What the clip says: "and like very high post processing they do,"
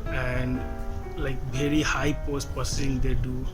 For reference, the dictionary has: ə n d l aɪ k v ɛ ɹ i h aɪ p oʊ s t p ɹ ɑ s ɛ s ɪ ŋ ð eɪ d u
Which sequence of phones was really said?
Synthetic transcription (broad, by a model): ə n d l aɪ k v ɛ ɹ i h aɪ p oʊ s t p ɑ s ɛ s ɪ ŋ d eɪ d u